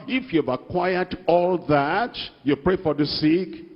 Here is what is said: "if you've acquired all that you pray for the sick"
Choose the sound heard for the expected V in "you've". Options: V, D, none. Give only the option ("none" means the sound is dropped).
V